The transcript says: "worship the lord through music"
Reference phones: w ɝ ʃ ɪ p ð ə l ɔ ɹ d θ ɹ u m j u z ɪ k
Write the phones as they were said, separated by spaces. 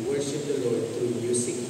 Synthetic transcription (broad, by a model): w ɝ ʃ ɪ p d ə l ɔ ɹ d t ɹ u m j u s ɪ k